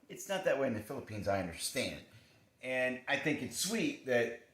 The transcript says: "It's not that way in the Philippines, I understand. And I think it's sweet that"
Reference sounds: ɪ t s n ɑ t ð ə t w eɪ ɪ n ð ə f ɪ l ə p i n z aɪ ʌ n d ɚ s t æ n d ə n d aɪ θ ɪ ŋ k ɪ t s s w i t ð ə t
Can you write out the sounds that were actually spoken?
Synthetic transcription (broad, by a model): ɪ t s n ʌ t ð ə t w eɪ ɪ n ð ə f ɪ l ə p i n z aɪ ʌ n d ɚ s t æ n d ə n aɪ θ ɪ ŋ k ɪ t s s w i t ð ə t